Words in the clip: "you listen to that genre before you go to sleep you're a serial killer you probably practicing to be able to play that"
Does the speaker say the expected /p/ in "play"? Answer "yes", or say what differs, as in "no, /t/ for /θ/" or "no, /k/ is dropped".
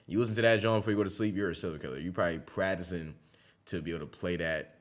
yes